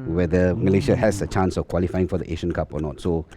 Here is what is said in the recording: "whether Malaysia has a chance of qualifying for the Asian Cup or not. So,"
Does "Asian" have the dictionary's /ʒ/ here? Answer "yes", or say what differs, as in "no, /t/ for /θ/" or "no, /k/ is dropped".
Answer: no, /ʃ/ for /ʒ/